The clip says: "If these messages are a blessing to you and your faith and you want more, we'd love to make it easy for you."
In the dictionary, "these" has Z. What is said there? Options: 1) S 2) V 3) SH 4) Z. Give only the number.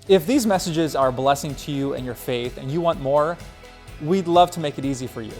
4